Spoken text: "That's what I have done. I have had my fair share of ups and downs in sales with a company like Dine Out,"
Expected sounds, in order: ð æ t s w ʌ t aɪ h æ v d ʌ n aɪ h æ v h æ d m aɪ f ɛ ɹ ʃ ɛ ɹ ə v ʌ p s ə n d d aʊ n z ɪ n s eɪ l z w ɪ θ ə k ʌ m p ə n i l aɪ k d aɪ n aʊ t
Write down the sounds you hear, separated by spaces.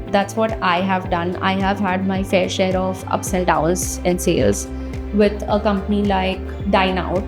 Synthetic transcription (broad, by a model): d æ t s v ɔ t aɪ h æ v d ʌ n aɪ h æ v h æ d m aɪ f ɛ ɹ ʃ ɛ ɹ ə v ʌ p s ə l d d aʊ l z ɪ n s eɪ l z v ɪ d ə k ʌ m p ə n i l aɪ k d aɪ n aʊ t